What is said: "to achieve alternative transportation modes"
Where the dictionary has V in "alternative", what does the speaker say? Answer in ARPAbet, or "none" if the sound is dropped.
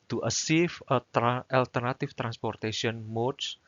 F